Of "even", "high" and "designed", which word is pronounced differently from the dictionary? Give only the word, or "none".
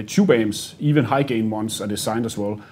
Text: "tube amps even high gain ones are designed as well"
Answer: designed